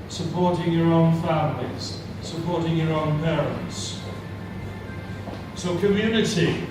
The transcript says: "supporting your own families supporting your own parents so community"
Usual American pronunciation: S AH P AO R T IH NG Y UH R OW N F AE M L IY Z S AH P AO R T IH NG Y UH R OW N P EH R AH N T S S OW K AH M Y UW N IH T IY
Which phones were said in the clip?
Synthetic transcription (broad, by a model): S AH P AO R T IH NG Y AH R OW N F AE M L IY Z S AH P AO R T IH NG Y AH R OW N P EH R AH N T S S OW K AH M Y UW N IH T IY